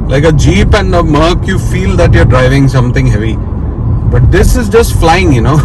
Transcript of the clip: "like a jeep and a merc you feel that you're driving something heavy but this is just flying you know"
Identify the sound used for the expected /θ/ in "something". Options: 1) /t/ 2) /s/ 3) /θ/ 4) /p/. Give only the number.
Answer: 1